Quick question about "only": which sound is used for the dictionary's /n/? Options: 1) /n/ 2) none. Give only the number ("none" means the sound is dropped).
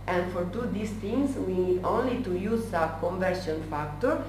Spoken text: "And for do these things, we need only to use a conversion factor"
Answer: 1